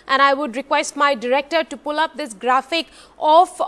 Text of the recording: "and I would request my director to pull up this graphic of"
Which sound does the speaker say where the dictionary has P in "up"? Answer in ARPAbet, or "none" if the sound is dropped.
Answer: P